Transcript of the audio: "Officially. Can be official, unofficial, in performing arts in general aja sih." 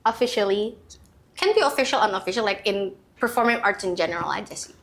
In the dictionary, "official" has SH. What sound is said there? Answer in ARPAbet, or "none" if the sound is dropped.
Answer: SH